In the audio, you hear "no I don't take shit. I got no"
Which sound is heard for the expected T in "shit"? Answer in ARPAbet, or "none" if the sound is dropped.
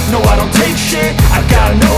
none